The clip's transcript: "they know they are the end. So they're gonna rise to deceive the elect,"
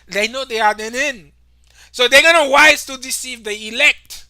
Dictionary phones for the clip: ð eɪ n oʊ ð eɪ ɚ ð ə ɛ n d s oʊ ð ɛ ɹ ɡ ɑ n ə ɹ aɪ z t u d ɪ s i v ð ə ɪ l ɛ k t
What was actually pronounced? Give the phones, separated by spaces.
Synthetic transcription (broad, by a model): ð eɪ n oʊ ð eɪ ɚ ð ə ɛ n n s oʊ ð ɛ ɡ ɑ n ə w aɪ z t u d ɪ s i v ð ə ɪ l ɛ k t